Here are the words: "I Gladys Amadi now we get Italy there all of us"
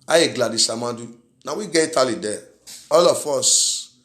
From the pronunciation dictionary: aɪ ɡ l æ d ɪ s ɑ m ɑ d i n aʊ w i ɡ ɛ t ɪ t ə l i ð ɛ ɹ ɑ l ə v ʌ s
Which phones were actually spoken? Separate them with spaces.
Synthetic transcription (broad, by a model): aɪ ɡ l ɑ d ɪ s ɑ m ɑ d i n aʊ w i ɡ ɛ i t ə l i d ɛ ɑ l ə f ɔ s